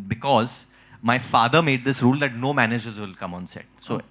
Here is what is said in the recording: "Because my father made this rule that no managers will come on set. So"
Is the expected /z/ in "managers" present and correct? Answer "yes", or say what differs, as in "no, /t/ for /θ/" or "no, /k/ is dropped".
yes